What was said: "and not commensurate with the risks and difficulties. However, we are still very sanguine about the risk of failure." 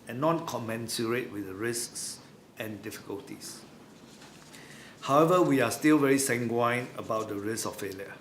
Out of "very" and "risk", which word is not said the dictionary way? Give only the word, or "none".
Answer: risk